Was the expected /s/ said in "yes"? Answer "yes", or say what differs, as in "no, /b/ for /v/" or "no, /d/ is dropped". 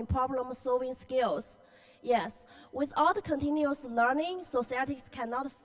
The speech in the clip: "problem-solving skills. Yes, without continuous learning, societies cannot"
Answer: yes